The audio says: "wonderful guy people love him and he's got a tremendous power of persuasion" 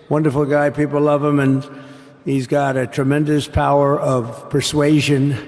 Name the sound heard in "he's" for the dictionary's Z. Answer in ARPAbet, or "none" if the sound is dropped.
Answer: Z